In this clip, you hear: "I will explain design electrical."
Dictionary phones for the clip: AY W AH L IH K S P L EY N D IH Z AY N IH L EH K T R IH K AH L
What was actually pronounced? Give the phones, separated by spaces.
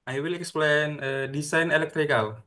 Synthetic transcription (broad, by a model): AY W AH L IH K S P L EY N D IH S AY N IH L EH K T R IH K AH L